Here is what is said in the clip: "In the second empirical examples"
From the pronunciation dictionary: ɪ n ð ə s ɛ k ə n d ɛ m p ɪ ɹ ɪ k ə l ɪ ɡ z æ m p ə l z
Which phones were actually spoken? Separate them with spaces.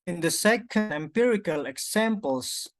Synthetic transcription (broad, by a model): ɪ n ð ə s ɛ k ə n d ɛ m p ɪ ɹ ɪ k ə l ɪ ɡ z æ m p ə l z